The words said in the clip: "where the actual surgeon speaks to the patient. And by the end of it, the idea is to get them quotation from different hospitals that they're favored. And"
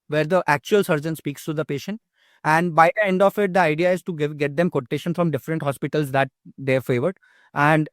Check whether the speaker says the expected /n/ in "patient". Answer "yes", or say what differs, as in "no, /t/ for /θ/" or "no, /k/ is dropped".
yes